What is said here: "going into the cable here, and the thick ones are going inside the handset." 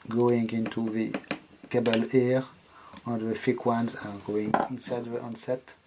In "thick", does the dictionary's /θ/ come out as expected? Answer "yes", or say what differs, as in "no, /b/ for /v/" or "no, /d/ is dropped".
no, /f/ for /θ/